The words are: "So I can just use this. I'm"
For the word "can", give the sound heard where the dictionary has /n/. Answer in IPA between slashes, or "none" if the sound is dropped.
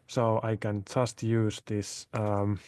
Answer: /n/